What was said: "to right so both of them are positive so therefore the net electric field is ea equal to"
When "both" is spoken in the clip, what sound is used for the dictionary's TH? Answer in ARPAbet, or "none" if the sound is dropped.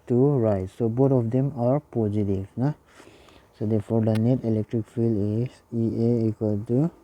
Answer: T